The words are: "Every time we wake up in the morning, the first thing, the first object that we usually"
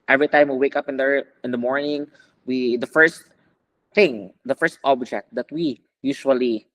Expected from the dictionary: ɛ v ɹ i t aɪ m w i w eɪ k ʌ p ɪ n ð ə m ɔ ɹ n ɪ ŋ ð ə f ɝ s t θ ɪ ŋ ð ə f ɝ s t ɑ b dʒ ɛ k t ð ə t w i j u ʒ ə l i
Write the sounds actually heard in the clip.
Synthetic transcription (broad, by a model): ɛ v ɹ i t aɪ m w i w eɪ k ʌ p ɪ n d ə m ɔ ɹ n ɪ ŋ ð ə f ɝ s t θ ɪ ŋ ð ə f ɝ s t ɑ b dʒ ɛ k t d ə t w i j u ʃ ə l i